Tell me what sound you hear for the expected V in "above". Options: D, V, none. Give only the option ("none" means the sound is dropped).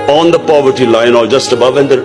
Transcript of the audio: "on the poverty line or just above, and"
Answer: V